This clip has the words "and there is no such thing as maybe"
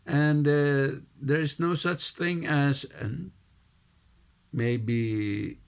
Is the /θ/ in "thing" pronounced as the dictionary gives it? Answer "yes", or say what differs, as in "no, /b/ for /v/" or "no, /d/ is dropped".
yes